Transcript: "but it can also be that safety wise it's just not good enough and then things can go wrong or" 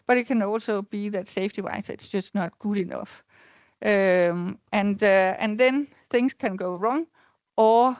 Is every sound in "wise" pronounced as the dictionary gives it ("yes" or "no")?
no